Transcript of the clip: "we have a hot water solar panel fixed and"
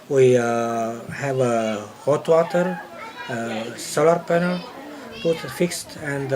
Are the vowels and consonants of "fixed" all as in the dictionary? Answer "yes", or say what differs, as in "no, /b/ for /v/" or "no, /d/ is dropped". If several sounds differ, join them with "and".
yes